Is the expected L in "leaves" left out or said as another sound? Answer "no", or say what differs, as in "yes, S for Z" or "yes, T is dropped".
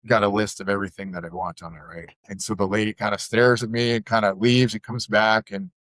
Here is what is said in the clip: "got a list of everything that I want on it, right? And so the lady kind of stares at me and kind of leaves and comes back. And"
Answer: no